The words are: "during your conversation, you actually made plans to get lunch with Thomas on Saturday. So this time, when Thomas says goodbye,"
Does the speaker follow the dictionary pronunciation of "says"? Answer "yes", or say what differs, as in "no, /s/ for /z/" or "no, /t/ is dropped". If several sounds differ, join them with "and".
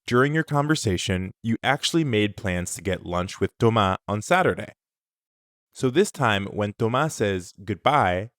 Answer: yes